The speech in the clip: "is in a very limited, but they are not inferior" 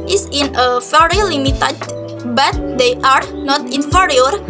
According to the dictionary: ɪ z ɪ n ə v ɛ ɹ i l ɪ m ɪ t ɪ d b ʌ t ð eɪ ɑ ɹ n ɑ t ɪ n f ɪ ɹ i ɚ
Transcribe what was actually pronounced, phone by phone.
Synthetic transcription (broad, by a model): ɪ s ɪ n ə f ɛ ɹ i l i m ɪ t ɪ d b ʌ t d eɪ ɑ ɹ n ɑ t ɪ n f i ɹ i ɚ